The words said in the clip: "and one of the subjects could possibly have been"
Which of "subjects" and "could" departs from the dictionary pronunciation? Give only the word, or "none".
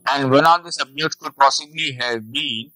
subjects